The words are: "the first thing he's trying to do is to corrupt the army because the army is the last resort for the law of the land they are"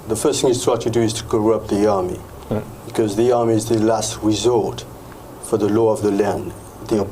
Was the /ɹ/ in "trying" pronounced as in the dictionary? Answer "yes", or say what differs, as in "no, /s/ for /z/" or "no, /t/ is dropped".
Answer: no, /w/ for /ɹ/